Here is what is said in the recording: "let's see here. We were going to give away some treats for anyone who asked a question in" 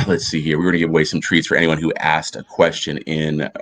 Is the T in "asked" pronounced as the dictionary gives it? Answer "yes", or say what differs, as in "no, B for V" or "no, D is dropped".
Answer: yes